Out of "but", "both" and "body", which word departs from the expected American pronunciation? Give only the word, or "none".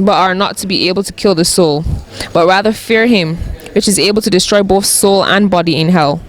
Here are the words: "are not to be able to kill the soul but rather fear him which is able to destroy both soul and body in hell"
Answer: none